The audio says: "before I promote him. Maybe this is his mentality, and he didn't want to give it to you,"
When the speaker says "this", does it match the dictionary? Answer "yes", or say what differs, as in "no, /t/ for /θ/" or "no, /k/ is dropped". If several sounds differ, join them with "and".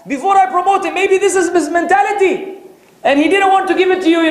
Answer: yes